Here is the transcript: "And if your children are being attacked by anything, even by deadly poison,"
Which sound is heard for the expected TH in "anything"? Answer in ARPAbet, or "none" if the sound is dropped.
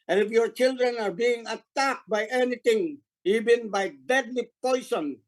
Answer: T